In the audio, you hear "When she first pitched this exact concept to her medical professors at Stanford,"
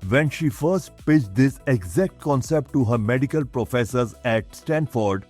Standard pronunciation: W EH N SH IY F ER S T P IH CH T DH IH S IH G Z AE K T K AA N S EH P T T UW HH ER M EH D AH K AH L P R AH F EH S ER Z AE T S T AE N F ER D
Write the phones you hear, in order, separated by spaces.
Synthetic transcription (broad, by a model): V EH N SH IY F ER S T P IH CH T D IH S IH G Z AE K T K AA N S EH P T T UW HH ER M EH D AH K AH L P R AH F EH S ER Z AE T S T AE N F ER D